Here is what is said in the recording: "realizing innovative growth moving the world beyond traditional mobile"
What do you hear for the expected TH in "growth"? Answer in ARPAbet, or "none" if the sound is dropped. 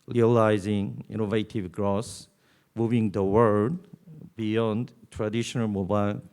S